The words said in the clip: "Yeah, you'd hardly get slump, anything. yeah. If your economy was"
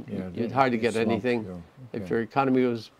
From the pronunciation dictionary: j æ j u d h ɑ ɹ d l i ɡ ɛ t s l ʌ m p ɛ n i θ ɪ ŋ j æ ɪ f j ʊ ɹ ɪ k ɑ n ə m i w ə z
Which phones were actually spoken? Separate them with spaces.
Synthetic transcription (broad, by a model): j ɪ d h ɑ ɹ d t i ɡ ɛ t ɛ n i θ ɪ ŋ ɪ f j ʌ ɹ ɪ k ɑ n ə m i w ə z